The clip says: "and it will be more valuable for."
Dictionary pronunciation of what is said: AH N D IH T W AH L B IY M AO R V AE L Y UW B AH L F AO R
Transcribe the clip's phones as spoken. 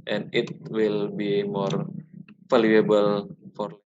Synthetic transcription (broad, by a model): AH N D IH T W AH L B IY M AO R F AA L Y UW B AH L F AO R